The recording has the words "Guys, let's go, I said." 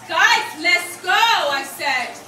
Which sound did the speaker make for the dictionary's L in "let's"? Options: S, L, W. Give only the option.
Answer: L